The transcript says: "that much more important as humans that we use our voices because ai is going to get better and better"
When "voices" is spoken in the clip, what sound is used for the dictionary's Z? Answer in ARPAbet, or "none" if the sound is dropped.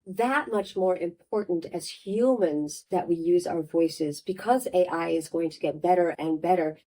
Z